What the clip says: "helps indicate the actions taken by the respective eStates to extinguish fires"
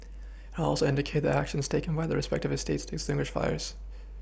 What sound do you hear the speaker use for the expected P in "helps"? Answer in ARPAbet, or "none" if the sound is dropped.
none